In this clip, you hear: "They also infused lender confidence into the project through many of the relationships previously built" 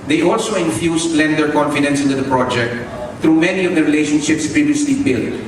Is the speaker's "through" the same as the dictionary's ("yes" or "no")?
no